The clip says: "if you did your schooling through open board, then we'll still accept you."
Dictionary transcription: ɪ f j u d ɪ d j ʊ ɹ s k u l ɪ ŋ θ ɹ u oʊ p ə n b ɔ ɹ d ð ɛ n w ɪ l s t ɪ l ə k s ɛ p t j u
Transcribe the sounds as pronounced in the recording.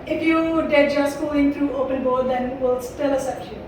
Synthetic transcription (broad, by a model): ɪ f j u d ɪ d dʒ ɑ s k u ɪ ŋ t ɹ u oʊ p ə n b ɔ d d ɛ n w ɪ l s t ɪ l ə s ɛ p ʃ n